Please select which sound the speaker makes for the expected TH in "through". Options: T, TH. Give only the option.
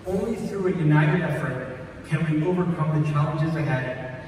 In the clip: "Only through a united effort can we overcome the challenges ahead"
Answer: TH